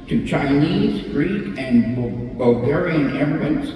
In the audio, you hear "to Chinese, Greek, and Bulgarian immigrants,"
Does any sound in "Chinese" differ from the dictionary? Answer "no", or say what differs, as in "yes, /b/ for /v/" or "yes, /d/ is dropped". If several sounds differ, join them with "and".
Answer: no